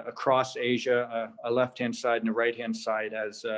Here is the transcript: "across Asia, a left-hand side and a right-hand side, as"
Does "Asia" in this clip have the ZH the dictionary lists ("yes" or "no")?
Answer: yes